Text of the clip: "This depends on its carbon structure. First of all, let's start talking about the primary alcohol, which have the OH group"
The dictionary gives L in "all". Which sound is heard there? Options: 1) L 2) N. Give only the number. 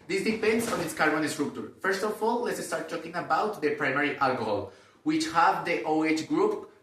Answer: 1